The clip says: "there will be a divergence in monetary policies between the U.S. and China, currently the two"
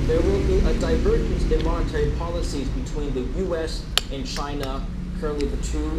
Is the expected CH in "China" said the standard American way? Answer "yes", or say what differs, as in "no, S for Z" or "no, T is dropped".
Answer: yes